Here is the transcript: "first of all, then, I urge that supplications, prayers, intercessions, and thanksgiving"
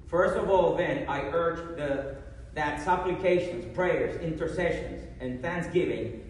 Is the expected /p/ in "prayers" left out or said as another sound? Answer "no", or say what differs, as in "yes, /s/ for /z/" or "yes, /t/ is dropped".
no